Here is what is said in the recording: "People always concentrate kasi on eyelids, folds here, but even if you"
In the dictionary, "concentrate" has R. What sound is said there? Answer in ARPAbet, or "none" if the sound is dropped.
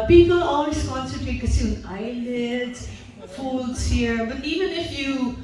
none